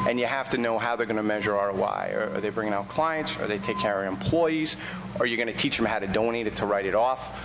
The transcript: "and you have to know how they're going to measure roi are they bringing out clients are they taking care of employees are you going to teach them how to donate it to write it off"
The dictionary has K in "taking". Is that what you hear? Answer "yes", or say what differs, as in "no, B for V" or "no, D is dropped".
no, K is dropped